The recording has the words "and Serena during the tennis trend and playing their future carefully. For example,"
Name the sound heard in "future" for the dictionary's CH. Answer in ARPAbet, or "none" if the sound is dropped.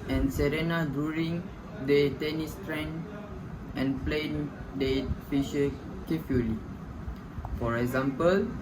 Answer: SH